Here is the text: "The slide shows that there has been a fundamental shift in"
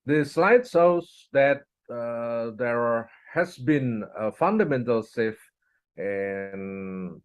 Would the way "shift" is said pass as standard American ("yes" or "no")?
no